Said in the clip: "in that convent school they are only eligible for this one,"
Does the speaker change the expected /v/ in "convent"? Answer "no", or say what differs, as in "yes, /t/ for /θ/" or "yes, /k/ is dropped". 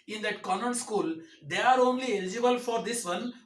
yes, /v/ is dropped